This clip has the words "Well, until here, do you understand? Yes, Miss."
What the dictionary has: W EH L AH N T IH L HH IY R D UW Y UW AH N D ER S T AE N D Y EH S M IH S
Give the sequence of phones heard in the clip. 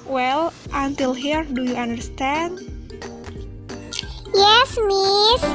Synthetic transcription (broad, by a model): W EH L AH N T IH L HH IY R D UW Y UW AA N D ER S T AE N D Y EH S M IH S